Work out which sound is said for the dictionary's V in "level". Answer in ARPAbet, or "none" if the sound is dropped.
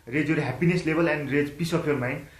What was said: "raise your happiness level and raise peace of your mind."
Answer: B